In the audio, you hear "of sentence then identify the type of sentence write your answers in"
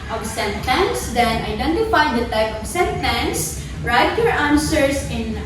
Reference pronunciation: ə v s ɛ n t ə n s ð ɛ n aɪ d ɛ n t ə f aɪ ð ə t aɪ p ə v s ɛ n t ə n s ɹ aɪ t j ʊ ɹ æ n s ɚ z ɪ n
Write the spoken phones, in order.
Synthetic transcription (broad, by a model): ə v s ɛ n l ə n s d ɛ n aɪ d ɛ n t ə f aɪ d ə t aɪ p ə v s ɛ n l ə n s ɹ aɪ t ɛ ɹ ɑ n s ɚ s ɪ n